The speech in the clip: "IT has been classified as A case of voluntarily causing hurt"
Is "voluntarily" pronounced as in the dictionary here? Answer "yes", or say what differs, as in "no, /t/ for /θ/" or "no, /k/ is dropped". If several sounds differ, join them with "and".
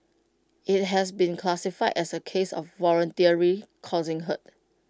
no, /ɹ/ is dropped